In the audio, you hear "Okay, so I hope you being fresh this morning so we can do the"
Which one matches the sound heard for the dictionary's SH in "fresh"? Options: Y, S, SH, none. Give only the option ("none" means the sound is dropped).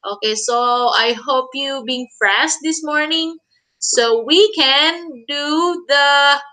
S